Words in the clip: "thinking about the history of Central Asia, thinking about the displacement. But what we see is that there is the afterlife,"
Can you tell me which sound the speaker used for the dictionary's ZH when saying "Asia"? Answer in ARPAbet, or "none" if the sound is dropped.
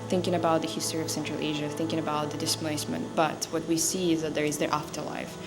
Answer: ZH